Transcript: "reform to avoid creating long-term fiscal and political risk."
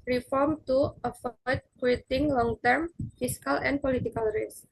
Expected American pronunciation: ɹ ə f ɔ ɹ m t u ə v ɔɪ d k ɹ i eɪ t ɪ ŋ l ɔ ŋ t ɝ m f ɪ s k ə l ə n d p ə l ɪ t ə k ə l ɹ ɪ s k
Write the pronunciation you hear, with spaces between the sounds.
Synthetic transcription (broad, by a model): ɹ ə f ɔ ɹ m t u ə f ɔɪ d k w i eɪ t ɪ ŋ l ɔ ŋ t ɝ m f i s k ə l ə n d p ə l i t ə k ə l ɹ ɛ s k